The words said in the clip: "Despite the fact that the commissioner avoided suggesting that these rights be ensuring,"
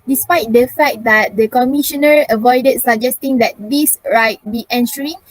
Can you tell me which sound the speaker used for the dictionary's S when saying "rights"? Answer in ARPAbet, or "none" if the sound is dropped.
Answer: none